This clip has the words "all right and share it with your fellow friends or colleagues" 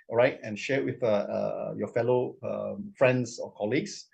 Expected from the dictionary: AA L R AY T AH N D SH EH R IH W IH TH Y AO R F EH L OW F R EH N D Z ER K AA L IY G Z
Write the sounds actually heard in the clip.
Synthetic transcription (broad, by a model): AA R AY T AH N SH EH W IH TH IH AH Y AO F EH L OW F R EH N D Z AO K AA L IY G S